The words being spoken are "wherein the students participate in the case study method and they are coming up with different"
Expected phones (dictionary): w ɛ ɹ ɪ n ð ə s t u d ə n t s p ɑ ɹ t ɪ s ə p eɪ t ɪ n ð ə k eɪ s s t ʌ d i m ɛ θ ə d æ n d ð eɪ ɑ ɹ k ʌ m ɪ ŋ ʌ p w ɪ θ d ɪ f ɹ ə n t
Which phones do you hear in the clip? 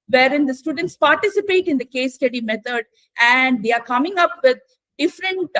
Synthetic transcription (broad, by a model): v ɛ ɹ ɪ n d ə s t u d ə n t s p ɑ ɹ t ɪ s ə p eɪ t ɪ n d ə k eɪ s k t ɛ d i m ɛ t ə d æ n d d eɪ ɑ ɹ k ʌ m ɪ ŋ ʌ p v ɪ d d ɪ f ɹ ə n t